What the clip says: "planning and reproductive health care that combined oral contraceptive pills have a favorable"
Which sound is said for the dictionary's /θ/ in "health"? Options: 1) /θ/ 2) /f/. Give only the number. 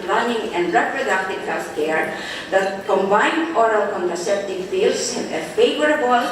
2